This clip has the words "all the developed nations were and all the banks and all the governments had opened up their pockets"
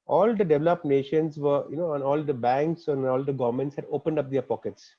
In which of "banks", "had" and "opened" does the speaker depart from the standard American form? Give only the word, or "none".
none